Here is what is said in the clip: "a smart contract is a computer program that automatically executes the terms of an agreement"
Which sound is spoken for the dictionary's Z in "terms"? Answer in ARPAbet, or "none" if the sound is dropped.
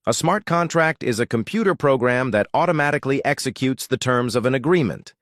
Z